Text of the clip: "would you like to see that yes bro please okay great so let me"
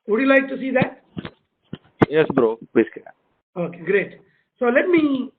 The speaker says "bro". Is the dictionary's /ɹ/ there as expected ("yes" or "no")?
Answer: yes